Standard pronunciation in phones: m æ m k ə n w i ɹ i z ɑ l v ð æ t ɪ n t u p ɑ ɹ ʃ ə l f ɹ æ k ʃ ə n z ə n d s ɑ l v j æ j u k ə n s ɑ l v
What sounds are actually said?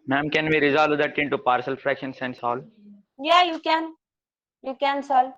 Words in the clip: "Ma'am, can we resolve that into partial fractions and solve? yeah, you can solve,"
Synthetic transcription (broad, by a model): m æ m k ə n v i ɹ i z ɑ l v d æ t ɪ n t u p ɑ ɹ s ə l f ɹ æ k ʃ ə n s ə n s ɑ l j j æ j u k ə n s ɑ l